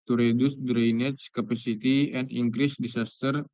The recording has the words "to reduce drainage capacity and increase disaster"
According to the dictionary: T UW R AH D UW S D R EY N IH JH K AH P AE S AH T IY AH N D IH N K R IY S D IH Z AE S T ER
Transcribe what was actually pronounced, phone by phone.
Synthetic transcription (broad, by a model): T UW R AH D UW S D R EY N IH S K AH P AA S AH T IY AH N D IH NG K R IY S D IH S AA S T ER